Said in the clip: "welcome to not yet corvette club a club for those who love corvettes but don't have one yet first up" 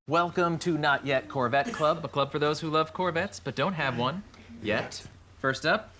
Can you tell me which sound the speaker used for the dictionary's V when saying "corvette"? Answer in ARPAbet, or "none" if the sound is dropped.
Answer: V